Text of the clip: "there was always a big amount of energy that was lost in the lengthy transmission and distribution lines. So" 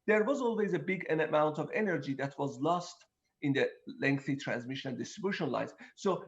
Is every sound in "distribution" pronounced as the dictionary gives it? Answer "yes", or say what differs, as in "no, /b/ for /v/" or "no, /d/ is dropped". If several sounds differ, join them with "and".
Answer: yes